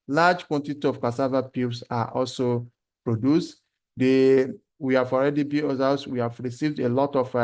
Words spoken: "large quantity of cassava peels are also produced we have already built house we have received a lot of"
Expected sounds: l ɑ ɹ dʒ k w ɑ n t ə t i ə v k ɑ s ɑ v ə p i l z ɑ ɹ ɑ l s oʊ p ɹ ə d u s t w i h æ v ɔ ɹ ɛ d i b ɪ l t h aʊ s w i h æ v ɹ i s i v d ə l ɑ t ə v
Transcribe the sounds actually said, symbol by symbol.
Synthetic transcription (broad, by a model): l ɑ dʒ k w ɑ n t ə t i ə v k ɑ s ɑ v ə p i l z ɑ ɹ ɑ l s oʊ p ɹ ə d u s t w i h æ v ɔ ɹ ɛ d i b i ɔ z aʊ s w i h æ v ɹ i s i v d ə l ɑ t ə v